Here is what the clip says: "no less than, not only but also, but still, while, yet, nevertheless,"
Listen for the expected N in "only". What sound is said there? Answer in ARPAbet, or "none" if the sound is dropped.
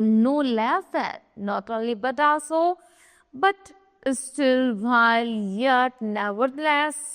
none